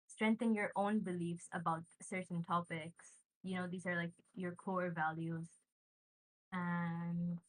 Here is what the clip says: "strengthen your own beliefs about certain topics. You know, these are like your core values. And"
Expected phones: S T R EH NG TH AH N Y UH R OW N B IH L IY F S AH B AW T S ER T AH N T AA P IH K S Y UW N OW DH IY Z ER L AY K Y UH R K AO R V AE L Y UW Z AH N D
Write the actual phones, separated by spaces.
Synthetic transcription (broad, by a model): S T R EH NG TH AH N Y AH R OW N B IH L IY F S AH B AW T S ER T N T AA P IH K S Y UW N OW DH IY Z ER L AY K Y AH R K AO R V AE L Y UW Z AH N